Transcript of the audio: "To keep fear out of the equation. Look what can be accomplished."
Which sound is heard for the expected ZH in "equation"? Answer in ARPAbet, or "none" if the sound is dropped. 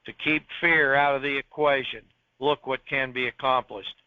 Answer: ZH